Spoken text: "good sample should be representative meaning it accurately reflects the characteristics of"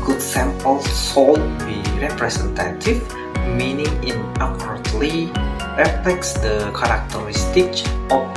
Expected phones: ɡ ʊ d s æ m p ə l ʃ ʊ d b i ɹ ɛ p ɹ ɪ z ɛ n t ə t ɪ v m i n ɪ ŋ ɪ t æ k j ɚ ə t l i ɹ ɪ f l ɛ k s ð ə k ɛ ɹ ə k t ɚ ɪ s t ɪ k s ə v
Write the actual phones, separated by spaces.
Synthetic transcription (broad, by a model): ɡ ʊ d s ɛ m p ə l s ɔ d b i ɹ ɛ p ɹ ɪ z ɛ n t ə t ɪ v m i n ɪ ŋ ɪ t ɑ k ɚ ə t l i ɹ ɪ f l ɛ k s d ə k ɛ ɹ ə k t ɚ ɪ s t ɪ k ə